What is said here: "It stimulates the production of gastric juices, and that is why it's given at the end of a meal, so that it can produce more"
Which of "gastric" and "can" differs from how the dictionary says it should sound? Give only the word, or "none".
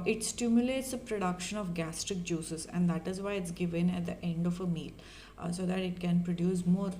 none